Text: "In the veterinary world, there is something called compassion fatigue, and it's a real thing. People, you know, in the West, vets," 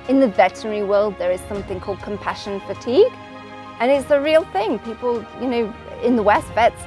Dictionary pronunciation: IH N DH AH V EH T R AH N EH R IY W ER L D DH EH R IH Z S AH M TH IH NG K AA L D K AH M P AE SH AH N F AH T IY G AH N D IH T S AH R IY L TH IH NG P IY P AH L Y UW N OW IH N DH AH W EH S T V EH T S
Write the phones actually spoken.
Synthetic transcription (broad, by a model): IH N DH AH V EH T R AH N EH R IY W ER L D DH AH R IH Z S AH M TH IH NG K AA L D K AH M P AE SH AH N F AH T IY G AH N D IH T S AH R IY L TH IH NG P IY P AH L Y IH N OW IH N DH AH W EH S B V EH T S